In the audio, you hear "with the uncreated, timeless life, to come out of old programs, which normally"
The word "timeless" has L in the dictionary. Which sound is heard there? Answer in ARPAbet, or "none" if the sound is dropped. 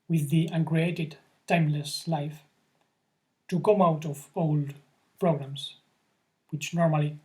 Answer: L